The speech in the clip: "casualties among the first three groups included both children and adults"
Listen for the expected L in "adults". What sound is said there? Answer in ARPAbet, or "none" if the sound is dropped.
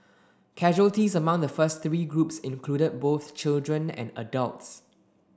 L